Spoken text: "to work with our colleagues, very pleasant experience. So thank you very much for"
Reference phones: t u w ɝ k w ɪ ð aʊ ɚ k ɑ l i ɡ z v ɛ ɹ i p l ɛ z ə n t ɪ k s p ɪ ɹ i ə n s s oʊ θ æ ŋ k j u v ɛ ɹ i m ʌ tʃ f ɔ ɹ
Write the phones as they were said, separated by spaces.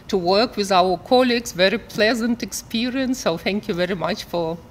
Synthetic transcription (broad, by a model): t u w ɝ k w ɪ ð aʊ ɚ k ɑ l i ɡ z v ɛ ɹ i p l ɛ z ə n t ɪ k s p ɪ ɹ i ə n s s oʊ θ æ ŋ k j u v ɛ ɹ i m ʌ tʃ f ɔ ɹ